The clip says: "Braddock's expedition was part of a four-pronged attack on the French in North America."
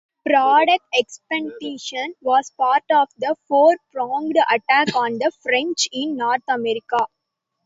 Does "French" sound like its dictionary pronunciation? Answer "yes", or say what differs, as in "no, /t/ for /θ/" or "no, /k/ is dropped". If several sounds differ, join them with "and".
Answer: yes